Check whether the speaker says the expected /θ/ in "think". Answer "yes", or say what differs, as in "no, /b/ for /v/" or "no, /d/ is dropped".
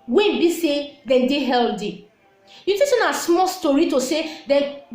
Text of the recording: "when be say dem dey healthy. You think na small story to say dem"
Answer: no, /t/ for /θ/